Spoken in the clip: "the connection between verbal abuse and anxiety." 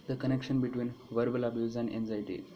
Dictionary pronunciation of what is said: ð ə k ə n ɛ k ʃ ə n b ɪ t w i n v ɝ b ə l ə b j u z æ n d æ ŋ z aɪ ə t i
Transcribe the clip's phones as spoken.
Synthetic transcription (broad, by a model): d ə k ə n ɛ k ʃ ə n b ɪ t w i n v ɝ b ə l ə b j u z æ n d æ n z aɪ t i